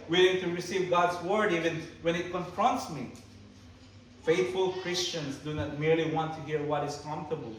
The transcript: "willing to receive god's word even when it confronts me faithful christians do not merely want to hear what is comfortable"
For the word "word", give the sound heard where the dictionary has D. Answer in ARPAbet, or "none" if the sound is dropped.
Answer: D